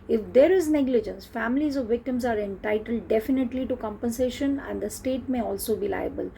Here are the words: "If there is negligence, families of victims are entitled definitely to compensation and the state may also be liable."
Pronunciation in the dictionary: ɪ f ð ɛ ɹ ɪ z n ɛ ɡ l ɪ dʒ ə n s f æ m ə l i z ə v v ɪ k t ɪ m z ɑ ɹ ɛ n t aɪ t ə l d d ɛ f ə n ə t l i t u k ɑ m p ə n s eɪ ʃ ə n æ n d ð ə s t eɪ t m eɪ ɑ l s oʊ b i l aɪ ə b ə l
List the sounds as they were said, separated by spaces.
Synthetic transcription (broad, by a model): ɪ f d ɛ ɹ ɪ z n ɛ ɡ l ɪ dʒ ə n s f æ m ə l i z ə v v ɪ k t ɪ m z ɑ ɹ ɛ n t aɪ t ə l d d ɛ f ə n ə t l i t u k ɑ m p ə n s eɪ ʃ ə n æ n d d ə s t eɪ t m eɪ ɑ l s oʊ b i l aɪ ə b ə l